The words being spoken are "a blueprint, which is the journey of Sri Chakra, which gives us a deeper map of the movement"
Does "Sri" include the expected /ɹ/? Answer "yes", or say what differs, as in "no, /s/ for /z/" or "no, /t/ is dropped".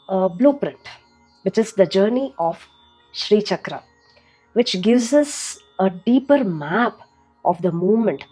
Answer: yes